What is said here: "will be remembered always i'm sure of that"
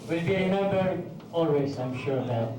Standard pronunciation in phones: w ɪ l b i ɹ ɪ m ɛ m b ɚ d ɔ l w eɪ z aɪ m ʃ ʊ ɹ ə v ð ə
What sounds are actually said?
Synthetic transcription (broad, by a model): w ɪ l b i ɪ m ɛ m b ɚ ɔ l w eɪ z aɪ m ʃ ʊ ɹ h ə